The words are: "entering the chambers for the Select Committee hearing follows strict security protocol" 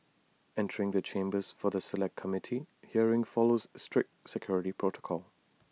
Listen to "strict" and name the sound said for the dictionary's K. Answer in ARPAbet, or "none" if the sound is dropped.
K